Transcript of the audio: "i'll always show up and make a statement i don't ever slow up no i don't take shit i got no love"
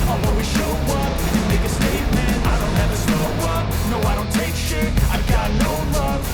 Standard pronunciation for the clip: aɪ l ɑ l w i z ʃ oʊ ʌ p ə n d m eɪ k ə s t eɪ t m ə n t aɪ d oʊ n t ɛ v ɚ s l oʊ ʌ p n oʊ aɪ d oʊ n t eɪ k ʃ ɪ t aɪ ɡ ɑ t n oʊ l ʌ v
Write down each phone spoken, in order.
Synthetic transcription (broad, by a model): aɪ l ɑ w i ʃ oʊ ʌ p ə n m eɪ k ə s t eɪ t m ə n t aɪ d oʊ n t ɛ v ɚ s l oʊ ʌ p n oʊ aɪ d oʊ n t eɪ k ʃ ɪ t aɪ ɡ ɑ t n oʊ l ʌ